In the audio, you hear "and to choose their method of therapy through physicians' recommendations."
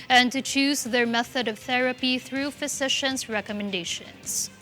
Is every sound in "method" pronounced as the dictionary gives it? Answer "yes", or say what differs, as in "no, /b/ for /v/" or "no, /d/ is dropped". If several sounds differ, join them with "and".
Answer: yes